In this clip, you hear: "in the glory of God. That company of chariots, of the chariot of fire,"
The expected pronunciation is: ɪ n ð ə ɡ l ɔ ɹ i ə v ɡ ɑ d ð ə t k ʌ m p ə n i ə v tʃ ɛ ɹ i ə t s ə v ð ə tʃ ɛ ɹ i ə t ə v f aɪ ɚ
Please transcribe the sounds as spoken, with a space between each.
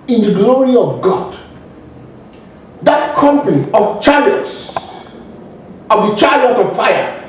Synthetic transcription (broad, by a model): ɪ n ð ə ɡ l ɔ ɹ i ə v ɡ ɑ d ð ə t k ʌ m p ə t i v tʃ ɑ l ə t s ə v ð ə tʃ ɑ l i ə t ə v f aɪ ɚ